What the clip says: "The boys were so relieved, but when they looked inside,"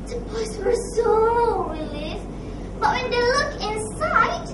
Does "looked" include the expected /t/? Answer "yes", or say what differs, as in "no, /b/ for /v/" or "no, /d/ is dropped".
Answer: no, /t/ is dropped